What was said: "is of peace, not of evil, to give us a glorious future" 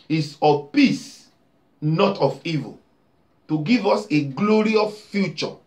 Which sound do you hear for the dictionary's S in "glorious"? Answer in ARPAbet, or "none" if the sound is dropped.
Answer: none